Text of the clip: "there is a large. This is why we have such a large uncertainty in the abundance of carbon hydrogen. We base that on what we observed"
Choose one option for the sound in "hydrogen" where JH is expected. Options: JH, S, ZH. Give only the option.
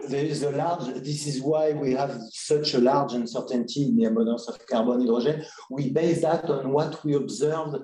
ZH